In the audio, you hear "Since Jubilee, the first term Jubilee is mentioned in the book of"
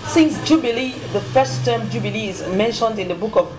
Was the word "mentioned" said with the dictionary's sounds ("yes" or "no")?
yes